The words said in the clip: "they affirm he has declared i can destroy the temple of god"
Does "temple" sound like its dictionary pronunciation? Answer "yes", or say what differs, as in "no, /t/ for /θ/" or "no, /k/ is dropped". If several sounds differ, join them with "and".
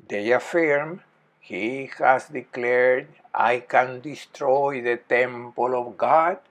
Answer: yes